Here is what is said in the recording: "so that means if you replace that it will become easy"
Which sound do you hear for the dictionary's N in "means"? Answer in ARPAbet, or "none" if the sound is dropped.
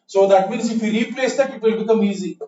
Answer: N